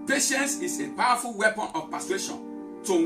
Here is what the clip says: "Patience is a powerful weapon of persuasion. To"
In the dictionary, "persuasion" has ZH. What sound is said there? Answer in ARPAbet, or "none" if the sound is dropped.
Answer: SH